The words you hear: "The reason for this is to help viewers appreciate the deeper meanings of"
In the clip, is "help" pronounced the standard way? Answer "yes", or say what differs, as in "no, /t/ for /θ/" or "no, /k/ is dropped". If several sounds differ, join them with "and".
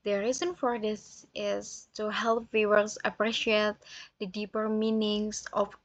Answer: yes